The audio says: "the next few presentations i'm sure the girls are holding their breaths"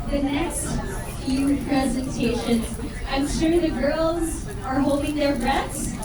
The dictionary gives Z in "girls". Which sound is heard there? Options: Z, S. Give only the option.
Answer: Z